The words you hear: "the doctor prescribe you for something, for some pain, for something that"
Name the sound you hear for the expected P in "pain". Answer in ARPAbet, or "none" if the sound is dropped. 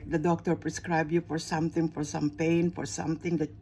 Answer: P